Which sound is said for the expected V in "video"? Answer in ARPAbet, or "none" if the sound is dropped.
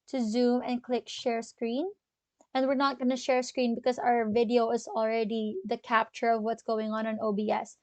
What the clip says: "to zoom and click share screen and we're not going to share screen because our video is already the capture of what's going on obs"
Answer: V